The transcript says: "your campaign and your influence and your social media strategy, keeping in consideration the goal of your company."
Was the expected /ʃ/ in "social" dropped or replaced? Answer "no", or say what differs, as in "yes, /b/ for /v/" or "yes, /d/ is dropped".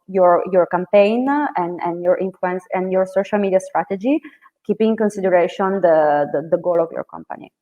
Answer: no